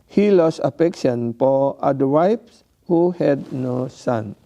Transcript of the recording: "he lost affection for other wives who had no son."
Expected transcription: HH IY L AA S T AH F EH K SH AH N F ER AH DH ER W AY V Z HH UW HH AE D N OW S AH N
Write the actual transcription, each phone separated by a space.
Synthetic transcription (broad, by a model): HH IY L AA S AH F EH K SH AH N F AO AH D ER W AY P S HH UW HH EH D N OW S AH N